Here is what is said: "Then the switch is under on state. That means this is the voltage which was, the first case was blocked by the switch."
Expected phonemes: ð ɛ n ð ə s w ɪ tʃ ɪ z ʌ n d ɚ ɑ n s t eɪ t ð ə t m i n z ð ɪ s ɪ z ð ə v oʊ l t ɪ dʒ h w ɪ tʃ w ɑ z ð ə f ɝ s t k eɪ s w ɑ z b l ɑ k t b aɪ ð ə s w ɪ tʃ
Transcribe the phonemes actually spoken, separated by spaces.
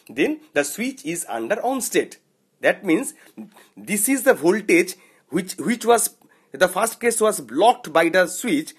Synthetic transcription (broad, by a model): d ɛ n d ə s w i tʃ ɪ z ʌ n d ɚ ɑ n s t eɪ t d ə t m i n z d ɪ s ɪ z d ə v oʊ l t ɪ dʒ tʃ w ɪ tʃ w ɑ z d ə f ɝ s t k eɪ s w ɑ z b l ɑ k t b aɪ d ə s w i tʃ